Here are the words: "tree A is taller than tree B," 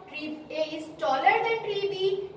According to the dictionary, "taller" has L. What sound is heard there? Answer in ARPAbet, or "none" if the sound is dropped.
L